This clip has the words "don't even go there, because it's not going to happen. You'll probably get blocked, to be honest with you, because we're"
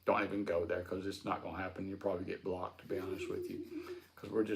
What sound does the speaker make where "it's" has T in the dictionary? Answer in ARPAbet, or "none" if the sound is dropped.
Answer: S